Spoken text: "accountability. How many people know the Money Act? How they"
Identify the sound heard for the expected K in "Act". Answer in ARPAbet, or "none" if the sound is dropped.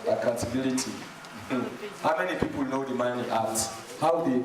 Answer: none